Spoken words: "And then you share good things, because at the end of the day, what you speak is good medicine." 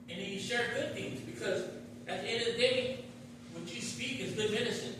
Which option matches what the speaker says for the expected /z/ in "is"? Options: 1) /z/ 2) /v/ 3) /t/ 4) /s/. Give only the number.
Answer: 1